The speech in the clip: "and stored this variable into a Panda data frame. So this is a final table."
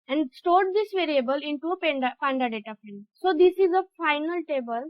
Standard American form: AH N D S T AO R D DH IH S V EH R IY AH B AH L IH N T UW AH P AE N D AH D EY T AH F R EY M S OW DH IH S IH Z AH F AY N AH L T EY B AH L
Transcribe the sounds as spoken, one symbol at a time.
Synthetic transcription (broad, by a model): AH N D S T AO R D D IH S V EH R IY AH B AH L IH N T UW AH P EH N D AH D EY T AH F EY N S OW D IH S IH Z AH F AY N AH L T EY B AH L